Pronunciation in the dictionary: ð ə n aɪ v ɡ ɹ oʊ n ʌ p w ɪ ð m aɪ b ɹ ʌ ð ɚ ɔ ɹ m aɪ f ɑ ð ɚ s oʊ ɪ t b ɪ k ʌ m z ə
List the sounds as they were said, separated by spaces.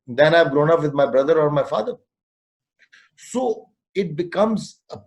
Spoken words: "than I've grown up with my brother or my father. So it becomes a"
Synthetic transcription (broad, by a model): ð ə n aɪ v ɡ ɹ oʊ n ʌ p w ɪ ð m aɪ b ɹ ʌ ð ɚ ɔ ɹ m aɪ f ɑ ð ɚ s oʊ ɪ t b ɪ k ʌ m z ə